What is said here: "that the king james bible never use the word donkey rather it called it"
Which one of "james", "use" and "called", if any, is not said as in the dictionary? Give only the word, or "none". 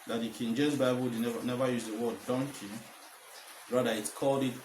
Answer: james